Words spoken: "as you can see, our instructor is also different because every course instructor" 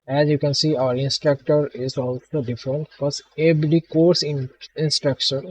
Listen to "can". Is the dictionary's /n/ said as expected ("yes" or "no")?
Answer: yes